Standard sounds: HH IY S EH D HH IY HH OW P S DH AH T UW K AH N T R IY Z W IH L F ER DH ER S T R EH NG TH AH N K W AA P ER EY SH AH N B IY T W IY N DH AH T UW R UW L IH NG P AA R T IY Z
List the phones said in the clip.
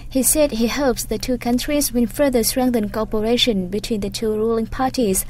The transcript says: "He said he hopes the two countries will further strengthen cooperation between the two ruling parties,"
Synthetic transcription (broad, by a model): HH IY S EH D HH IY HH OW P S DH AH T UW K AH N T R IY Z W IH N F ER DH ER S T R EH NG TH AH N K AA P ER EY SH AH N B IY T W IY N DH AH T UW R UW L IH NG P AA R T IY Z